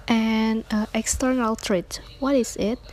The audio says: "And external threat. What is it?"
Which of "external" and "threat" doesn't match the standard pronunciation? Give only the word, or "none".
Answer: threat